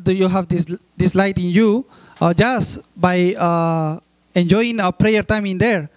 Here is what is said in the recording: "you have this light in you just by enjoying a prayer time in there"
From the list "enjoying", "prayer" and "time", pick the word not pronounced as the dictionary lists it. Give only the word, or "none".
none